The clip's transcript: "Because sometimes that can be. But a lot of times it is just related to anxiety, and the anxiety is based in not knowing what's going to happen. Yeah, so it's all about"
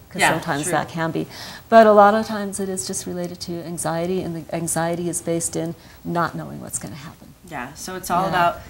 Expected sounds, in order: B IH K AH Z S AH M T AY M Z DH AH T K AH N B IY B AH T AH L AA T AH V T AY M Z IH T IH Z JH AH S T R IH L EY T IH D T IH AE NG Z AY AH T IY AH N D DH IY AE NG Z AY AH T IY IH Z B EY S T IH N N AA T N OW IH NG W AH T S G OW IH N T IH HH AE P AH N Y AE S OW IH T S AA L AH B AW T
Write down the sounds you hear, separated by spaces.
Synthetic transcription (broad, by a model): K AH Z S AH M T AY M Z DH AH T K AH N B IY B AH T AH L AA T AH V T AY M Z IH T IH Z JH AH S T R IH L EY T IH D T IH AE NG Z AY AH T IY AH N DH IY AE NG Z AY AH T IY IH Z B EY S T IH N N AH T N OW IH NG W AH T S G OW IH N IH HH AE P AH N Y AE S OW IH T S AA L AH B AW T